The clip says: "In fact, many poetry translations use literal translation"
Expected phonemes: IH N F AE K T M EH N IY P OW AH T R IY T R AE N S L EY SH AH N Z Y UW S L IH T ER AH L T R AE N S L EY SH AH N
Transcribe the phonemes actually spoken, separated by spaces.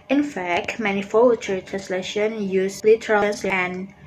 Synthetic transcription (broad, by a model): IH N F AE K T M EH N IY F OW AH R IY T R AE N S L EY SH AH N Y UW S L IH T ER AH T R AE N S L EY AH N